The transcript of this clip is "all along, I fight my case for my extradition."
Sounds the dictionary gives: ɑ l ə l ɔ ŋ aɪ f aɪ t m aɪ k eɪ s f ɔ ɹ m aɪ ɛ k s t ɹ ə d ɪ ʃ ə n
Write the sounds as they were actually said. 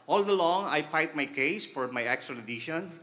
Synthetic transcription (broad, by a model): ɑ l ə l ɔ ŋ aɪ p aɪ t m aɪ k eɪ s f ɔ ɹ m aɪ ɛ k s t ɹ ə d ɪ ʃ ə n